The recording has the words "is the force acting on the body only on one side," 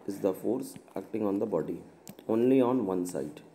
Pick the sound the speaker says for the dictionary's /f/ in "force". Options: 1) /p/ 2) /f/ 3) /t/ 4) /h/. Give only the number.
2